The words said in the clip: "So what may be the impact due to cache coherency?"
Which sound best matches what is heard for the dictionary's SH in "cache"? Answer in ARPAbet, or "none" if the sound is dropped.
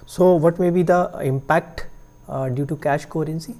SH